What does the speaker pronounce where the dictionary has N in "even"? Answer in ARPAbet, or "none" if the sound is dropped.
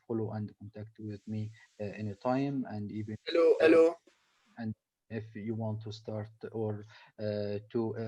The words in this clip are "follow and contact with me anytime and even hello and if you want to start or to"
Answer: L